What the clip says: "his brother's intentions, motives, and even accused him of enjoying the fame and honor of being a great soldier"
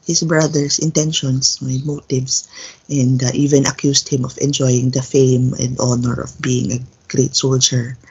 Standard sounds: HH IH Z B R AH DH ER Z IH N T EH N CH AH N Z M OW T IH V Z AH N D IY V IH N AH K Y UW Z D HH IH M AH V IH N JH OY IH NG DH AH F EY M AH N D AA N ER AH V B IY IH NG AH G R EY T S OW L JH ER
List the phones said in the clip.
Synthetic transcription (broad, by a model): HH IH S B R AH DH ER S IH N T EH N SH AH N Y M OW T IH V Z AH N D IY V IH N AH K Y UW S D HH IH M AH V IH N JH OY IH NG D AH F EY M AH N D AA N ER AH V B IY IH NG AH G R EY T S OW L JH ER